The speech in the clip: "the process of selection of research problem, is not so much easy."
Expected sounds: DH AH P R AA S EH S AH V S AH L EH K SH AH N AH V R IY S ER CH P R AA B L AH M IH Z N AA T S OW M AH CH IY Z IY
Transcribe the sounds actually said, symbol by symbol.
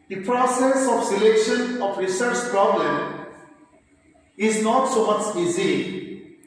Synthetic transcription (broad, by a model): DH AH P R AA S EH S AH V S AH L EH K SH AH N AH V R IY S ER CH P R AA B L AH M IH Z N AA T S OW M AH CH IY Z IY